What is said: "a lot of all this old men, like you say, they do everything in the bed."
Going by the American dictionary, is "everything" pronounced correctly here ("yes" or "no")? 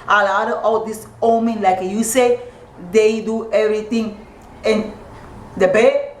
no